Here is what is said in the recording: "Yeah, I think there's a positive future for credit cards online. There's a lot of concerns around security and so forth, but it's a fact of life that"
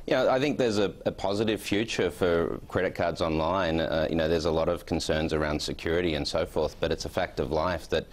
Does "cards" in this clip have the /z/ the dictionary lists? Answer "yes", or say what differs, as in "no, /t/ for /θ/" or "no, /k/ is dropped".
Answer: yes